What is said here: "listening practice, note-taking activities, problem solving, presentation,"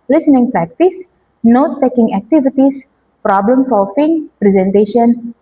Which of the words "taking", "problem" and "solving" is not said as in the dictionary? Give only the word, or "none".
solving